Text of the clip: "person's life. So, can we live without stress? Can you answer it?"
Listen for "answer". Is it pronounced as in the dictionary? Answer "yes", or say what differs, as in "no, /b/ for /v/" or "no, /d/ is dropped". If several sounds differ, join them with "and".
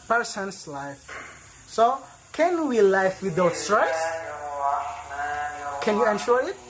no, /ʃ/ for /s/